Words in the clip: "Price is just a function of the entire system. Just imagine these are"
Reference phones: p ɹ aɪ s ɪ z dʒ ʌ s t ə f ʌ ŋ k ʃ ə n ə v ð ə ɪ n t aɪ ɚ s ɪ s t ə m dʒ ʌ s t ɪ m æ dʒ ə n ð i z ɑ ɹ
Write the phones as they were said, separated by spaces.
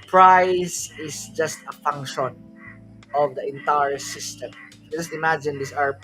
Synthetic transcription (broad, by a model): p ɹ aɪ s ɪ s dʒ ʌ s t ə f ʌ ŋ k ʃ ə n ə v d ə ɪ n t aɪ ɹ s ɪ s t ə m dʒ ʌ s t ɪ m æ dʒ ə n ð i s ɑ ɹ